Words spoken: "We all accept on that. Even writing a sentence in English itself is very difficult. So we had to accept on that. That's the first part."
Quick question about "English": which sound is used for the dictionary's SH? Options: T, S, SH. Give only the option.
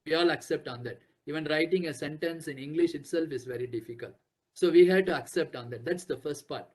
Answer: SH